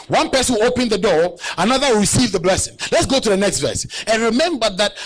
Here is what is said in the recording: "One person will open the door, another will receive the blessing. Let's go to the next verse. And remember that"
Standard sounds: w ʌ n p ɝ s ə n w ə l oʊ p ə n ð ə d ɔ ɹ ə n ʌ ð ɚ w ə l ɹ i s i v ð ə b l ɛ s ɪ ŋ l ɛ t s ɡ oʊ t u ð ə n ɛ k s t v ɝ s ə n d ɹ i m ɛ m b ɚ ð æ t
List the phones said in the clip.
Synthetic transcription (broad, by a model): w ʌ n p ɝ s ə n oʊ p ə n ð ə d ɔ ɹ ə n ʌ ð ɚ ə ɹ i s i v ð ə b l ɛ s ɪ ŋ l ɛ t s ɡ oʊ t u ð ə n ɛ k s t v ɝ s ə n ɹ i m ɛ m b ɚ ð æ t